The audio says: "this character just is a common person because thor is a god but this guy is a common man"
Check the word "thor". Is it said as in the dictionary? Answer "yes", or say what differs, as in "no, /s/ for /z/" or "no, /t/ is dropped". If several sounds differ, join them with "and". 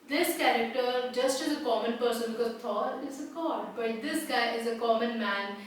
no, /t/ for /θ/